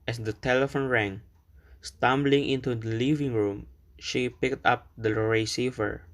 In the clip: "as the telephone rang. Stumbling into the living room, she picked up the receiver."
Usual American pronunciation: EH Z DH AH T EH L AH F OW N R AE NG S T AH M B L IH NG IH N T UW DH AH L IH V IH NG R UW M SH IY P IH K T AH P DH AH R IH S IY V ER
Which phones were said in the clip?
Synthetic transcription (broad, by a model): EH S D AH T EH L AH F OW N R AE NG S T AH M B L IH NG IH N T UW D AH L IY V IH NG R UW M SH IY P IH K T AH P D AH R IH S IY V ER